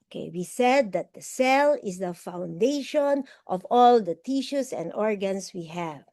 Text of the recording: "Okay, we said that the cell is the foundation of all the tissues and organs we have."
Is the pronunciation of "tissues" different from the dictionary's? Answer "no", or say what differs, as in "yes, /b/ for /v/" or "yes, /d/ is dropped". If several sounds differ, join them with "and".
yes, /s/ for /z/